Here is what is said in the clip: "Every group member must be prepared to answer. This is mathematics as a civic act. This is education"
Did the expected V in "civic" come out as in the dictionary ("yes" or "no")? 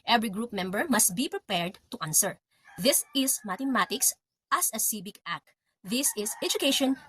no